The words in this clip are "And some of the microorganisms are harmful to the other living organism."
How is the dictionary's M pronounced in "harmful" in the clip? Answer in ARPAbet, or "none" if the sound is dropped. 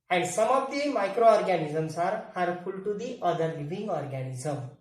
none